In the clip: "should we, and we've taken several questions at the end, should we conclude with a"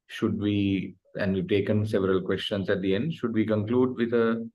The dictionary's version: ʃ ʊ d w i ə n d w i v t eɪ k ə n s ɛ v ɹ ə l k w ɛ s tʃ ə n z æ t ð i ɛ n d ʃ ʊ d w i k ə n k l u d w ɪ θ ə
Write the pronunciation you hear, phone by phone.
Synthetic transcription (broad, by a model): ʃ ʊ d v i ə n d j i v t eɪ k ə n s ɛ v ɹ ə l k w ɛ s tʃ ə n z æ t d i ɛ n d ʃ ʊ d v i k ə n k l u d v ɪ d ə